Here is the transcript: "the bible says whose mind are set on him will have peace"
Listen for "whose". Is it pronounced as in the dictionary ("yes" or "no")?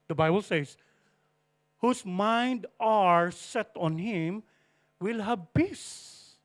no